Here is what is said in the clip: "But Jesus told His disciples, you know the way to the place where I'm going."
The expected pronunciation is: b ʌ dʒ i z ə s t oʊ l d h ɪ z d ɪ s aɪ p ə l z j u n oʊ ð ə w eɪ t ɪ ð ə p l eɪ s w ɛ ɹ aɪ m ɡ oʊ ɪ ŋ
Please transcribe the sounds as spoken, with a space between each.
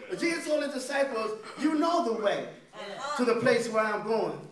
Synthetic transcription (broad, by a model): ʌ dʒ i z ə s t oʊ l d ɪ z d ɪ s aɪ p ə l z j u n oʊ ð ə w eɪ t ɪ ð ə p l eɪ s w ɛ ɹ aɪ m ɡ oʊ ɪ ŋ